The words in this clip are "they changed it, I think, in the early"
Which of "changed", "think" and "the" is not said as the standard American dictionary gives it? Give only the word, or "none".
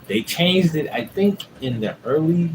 none